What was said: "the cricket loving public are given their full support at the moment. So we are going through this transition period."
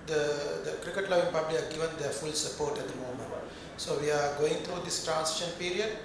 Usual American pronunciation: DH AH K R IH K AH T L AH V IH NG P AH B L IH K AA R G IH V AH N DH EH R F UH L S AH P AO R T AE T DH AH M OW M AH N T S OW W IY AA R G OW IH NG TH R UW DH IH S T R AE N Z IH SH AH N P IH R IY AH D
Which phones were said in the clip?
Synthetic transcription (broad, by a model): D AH K R IH K AH T L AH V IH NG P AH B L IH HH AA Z G IH V AH N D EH R F UH L S AH P AO R T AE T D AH M OW M AH N T S OW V IY AA R G OW IH NG T R UW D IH S T R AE N S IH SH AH N P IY R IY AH D